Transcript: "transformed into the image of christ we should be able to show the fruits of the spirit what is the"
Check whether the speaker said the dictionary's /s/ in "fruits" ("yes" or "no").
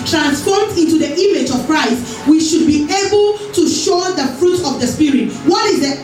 no